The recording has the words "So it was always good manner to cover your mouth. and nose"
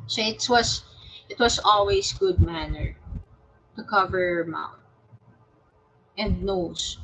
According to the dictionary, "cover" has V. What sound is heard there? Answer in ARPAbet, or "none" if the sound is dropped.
V